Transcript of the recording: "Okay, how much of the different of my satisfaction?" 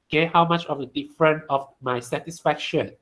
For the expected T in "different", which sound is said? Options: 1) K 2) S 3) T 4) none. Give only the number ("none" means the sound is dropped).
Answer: 4